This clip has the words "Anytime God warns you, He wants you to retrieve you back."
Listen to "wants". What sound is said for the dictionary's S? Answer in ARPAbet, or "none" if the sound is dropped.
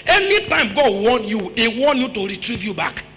none